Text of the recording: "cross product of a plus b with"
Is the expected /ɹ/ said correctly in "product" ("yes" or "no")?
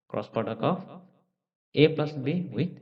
no